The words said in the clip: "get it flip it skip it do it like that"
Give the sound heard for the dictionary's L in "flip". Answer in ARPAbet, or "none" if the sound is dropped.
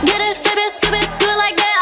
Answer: none